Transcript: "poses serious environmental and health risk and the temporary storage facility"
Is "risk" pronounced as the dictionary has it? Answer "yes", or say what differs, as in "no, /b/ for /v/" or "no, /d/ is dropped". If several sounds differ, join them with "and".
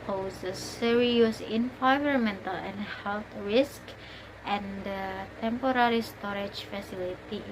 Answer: yes